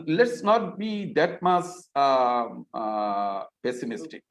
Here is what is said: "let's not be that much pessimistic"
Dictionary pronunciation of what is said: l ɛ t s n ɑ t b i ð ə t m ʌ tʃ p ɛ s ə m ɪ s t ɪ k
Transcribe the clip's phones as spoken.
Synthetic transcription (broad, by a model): l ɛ t s n ɑ t b i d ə t m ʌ s p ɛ s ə m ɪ s t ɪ k